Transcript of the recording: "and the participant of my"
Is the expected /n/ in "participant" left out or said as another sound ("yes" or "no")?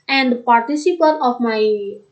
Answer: yes